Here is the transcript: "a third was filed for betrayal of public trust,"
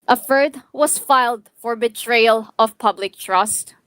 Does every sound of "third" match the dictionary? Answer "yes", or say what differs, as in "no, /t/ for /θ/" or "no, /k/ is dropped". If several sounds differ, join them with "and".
no, /f/ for /θ/